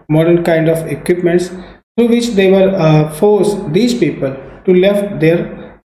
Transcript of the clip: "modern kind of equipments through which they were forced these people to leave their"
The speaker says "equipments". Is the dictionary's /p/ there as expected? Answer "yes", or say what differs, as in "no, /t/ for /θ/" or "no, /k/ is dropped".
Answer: yes